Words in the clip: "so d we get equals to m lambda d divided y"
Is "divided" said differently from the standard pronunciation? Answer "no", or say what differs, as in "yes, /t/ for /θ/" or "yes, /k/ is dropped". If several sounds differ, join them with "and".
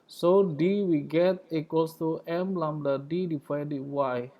yes, /p/ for /v/